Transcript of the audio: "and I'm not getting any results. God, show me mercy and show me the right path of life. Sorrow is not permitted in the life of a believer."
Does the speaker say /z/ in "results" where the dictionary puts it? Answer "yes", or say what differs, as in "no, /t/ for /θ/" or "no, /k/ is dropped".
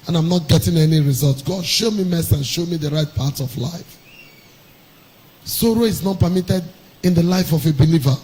yes